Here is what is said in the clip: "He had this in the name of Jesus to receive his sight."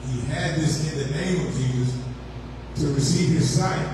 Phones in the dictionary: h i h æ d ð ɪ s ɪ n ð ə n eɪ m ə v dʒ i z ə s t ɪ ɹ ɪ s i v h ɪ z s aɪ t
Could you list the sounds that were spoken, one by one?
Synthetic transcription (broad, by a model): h i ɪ d ð ɪ s ɪ n ð ə n eɪ m ə v dʒ i z ə s t ɪ ɹ ɪ s i v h ɪ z s aɪ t